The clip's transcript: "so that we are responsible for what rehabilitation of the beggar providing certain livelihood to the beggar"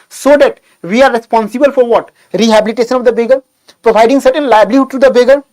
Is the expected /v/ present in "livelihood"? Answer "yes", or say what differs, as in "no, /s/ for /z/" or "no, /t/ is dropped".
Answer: no, /b/ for /v/